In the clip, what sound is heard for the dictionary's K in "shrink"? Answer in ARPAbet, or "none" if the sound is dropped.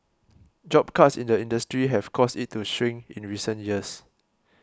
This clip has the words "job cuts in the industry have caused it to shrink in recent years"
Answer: none